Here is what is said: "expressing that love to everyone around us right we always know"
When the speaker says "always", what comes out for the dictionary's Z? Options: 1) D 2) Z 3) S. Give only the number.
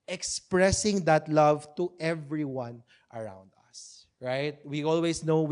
3